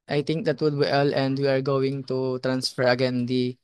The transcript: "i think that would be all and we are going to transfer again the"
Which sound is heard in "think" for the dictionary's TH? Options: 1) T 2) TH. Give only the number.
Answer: 1